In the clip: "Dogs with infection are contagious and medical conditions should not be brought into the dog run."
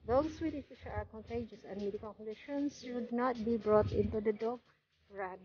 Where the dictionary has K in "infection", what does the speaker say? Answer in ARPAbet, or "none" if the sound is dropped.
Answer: none